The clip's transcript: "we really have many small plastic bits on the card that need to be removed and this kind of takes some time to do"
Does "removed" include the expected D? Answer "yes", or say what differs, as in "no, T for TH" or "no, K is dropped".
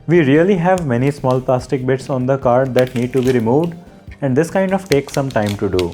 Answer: yes